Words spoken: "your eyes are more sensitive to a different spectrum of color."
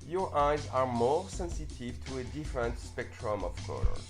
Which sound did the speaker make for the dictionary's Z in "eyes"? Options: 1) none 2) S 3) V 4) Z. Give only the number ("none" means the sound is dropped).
4